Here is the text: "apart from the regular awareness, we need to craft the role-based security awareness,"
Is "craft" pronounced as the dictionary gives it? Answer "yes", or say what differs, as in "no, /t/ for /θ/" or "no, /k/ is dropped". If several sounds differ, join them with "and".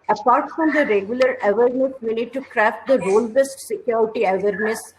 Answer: yes